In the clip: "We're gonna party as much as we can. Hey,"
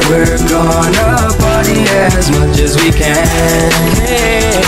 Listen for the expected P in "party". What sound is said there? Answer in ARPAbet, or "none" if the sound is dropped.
B